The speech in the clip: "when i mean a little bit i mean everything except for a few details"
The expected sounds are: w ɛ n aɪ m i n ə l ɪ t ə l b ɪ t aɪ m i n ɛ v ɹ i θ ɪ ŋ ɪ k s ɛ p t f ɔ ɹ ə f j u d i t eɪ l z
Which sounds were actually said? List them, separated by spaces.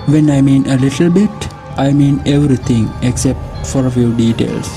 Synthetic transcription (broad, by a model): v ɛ n aɪ m i n ə l ɪ t ə l b ɪ t aɪ m i n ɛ v ɹ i t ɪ ŋ ɪ k s ɛ p t f ɔ ɹ ə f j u d i t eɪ l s